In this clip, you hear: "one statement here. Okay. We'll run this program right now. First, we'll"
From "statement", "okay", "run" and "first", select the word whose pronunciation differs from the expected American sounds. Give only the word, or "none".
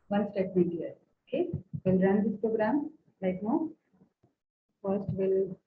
statement